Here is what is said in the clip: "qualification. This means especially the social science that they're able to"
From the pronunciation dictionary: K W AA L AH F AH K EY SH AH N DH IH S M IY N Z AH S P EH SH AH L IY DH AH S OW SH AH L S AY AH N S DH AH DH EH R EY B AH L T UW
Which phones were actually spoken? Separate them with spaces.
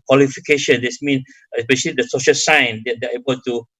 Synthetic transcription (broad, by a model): K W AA L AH F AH K EY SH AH N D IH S M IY N AH S P EH SH AH L IY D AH S OW SH AH L S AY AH N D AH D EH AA EY B AH L T UW